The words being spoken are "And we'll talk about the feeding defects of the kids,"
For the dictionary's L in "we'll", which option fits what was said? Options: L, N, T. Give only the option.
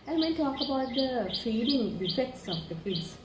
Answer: N